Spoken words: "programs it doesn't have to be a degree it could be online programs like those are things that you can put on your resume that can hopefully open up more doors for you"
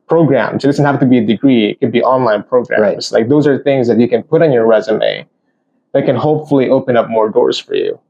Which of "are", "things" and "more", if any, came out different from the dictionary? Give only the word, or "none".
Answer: none